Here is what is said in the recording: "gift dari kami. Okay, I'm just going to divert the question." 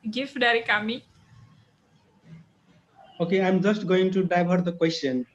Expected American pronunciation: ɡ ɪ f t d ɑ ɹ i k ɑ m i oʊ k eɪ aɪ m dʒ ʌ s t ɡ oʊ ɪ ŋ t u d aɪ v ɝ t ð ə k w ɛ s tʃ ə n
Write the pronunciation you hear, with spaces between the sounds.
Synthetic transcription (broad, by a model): ɡ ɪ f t d ɑ ɹ i k ɑ m i oʊ k eɪ aɪ m dʒ ʌ s t ɡ oʊ ɪ ŋ t u d aɪ b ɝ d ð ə k w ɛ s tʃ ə n